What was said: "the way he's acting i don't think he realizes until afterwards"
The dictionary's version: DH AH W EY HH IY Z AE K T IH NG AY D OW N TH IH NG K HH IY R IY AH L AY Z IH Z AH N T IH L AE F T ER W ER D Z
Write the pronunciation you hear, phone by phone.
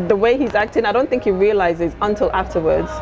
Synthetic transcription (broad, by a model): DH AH W EY HH IY Z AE K T IH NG AY D OW N TH IH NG K HH IY R IY AH L AY Z IH Z AH N T IH L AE F T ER W ER D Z